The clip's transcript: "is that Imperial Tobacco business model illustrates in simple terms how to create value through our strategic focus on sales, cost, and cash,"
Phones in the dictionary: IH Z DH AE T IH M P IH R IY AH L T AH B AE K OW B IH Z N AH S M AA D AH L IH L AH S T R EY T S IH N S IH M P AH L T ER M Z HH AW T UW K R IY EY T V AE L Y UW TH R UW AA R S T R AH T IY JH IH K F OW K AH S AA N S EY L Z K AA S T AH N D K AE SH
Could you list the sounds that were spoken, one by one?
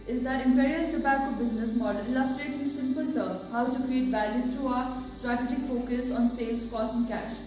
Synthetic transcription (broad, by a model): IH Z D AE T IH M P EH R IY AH T AH B AE K OW B IH Z N AH S M AA D AH L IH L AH S T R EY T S IH N S IH M P AH L T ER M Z HH AW T UW K R IY EY T B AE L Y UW T R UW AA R S T R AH T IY JH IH K F OW K AH S AA N S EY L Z K AA S T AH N K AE SH